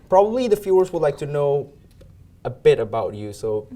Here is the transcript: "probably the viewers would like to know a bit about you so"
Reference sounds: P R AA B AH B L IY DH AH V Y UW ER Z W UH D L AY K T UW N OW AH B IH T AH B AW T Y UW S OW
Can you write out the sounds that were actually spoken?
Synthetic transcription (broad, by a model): P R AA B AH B L IY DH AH F Y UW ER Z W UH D L AY K T UW N OW AH B IH T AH B AW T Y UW S OW